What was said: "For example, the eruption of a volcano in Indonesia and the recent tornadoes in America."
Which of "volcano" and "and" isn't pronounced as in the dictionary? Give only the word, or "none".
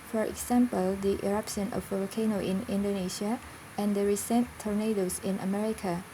volcano